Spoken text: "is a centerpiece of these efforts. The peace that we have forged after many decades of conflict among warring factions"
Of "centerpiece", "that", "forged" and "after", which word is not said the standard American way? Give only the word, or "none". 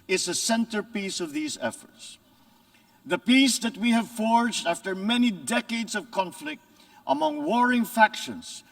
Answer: none